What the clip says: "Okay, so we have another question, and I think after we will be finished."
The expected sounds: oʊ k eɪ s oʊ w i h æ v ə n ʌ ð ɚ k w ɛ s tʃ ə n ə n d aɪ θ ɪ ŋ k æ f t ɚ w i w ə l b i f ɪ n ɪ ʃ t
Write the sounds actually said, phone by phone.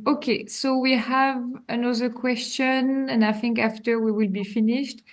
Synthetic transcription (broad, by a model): oʊ k eɪ s oʊ w i h æ v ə n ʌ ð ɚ k w ɛ s tʃ ə n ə n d aɪ θ ɪ ŋ k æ f t ɚ w i w ə l b i f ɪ n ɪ ʃ t